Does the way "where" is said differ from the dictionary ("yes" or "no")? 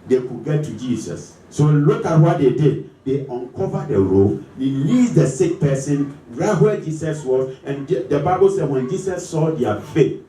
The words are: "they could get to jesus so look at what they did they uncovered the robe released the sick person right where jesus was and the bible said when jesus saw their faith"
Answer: yes